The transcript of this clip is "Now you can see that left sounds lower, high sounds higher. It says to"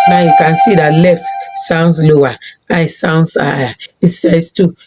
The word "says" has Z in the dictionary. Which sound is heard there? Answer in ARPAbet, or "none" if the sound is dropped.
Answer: S